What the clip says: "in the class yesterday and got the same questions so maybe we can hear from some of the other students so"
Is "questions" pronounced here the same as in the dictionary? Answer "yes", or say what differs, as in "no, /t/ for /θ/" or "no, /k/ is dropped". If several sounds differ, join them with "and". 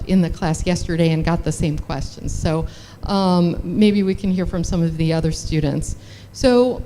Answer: yes